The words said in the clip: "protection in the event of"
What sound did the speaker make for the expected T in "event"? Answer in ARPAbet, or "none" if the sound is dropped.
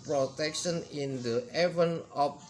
none